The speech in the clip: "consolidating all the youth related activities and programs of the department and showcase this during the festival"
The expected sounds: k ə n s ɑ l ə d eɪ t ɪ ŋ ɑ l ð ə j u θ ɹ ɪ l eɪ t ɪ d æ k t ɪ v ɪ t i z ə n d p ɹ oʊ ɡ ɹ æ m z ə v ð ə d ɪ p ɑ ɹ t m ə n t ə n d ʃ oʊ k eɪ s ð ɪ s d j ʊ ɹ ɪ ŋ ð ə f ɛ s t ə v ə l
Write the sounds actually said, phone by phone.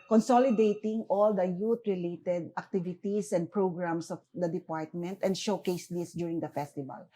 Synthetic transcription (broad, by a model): k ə n s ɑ l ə d eɪ t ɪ ŋ ɑ l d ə j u t ɹ ɪ l eɪ t ɪ d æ k t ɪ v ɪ t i s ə n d p ɹ oʊ ɡ ɹ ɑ m s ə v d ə d ɪ p ɑ ɹ t m ə n t ə n d ʃ oʊ k eɪ s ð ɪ s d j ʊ ɹ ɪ ŋ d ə f ɛ s t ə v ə l